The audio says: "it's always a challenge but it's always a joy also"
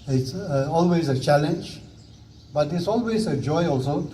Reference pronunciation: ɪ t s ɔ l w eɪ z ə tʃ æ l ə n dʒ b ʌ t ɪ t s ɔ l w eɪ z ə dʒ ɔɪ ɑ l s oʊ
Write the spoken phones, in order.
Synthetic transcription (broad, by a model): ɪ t s ɔ l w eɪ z ə tʃ æ l ə n dʒ b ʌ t ɪ t s ɔ l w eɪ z ə dʒ ɔɪ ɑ l s oʊ